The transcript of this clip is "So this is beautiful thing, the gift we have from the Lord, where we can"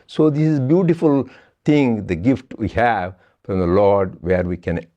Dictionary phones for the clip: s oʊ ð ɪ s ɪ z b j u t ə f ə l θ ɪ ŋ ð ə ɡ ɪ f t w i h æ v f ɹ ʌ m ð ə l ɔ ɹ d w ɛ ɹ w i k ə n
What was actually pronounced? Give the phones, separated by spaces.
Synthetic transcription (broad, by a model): s oʊ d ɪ s ɪ z b j u t ə f ə l t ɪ ŋ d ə ɡ ɪ f t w i h æ v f ɹ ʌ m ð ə l ɔ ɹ d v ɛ ɹ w i k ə n